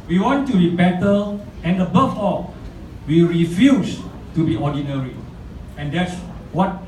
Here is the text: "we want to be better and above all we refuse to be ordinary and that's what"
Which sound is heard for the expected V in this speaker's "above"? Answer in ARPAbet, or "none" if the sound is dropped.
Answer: F